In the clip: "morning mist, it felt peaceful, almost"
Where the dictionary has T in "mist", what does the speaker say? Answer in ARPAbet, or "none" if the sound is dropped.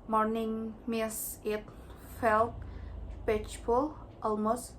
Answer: none